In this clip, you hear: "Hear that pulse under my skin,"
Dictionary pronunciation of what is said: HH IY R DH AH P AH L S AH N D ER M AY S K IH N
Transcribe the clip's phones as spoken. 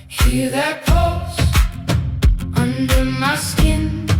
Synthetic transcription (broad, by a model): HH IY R DH AH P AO S AH N D ER M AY S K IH N